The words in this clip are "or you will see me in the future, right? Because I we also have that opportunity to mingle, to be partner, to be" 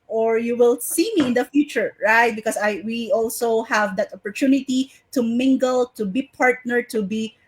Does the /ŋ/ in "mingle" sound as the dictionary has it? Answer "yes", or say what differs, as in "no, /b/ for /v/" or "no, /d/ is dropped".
yes